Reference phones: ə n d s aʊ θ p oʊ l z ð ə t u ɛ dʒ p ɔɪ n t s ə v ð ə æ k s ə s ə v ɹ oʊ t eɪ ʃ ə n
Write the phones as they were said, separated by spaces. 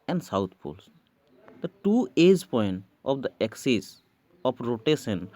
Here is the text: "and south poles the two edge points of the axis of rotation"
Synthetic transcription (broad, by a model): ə n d s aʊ t p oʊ l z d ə t u ɛ dʒ p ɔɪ n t ə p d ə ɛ k s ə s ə p ɹ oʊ t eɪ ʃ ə n